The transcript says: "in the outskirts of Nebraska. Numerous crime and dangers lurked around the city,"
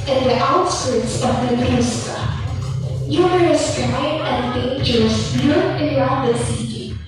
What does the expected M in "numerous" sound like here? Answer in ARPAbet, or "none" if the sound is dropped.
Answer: none